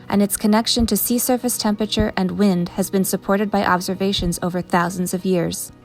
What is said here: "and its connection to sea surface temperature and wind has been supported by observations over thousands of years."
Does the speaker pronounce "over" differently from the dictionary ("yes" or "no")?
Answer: no